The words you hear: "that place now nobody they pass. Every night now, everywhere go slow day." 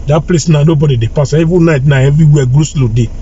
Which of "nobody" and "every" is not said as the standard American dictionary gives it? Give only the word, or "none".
every